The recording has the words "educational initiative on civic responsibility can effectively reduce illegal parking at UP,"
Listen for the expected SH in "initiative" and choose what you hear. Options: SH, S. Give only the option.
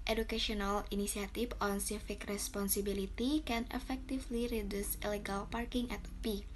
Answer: S